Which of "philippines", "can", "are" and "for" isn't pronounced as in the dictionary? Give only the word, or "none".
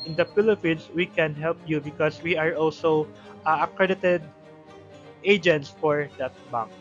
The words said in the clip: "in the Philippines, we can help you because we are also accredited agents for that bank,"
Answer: philippines